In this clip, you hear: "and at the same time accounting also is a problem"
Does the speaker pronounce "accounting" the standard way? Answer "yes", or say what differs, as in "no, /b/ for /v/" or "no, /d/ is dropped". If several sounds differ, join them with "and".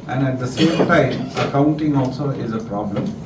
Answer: yes